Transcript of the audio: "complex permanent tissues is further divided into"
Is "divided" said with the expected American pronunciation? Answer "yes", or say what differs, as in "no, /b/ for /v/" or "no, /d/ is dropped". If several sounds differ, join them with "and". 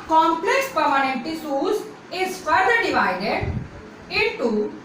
yes